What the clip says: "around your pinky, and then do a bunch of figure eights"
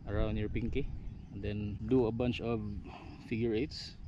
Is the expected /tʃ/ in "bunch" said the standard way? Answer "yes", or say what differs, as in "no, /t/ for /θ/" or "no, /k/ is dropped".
yes